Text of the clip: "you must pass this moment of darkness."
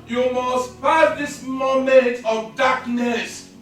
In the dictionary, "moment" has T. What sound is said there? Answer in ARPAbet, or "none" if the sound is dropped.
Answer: T